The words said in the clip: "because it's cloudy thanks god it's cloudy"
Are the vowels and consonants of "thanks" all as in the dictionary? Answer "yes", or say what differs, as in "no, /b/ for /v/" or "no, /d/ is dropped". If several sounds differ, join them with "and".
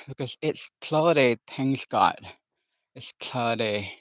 no, /t/ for /θ/ and /k/ is dropped